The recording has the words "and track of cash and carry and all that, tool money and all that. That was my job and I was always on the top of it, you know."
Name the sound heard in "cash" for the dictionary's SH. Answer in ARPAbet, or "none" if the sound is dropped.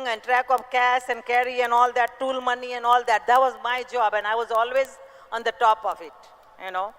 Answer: S